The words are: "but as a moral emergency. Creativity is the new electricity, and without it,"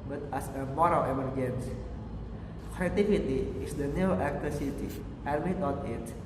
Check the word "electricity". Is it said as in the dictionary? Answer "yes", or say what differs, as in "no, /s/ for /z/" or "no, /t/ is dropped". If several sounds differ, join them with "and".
no, /ɹ/ is dropped